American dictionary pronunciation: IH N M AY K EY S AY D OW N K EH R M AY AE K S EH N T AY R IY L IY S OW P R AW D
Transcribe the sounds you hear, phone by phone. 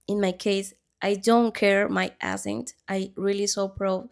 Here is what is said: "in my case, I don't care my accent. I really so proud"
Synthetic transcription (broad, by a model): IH N M AY K EY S AY D OW N K EH R M AY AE S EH N T AY R IY L IY S OW P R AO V